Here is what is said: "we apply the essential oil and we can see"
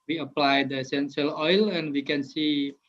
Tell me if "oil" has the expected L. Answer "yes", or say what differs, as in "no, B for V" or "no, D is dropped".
yes